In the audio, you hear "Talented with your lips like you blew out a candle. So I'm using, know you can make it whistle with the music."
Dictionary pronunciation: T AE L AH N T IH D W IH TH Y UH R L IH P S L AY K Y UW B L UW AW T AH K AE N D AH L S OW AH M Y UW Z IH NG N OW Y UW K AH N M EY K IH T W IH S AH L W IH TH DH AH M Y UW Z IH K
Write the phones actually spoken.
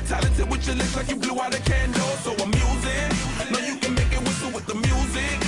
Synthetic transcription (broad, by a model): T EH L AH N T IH W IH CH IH L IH S L AY K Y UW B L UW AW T AH K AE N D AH S OW AH M Y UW Z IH N OW Y UW K AH N M EY K IH T W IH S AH W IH DH AH M Y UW Z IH K